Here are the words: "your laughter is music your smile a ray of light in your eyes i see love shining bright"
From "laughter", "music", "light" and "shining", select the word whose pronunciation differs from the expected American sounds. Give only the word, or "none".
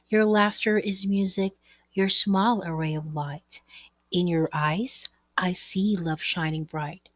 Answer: none